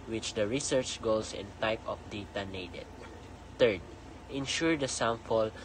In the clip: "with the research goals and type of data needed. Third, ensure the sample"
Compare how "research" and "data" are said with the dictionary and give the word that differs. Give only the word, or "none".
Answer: none